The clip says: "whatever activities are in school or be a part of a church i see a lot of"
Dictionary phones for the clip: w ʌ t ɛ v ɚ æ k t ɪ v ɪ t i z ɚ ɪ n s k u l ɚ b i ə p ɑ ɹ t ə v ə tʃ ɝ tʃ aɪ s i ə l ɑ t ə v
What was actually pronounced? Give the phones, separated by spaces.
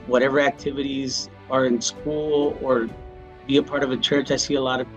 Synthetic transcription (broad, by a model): w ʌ t ɛ v ɚ æ k t ɪ v ɪ t i z ɚ ɪ n s k u l ɚ b i ə p ɑ ɹ t ə v ə tʃ ɝ tʃ aɪ s i ə l ɑ t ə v